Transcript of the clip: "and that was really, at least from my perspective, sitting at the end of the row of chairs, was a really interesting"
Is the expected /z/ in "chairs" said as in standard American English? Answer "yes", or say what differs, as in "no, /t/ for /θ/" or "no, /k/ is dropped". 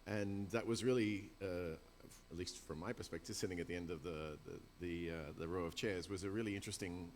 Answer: yes